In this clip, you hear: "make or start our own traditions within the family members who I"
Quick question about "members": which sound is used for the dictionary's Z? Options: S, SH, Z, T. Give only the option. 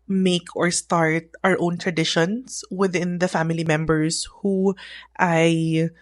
S